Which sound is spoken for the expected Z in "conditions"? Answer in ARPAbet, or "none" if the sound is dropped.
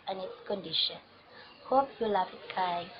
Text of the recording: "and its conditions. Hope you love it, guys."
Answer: none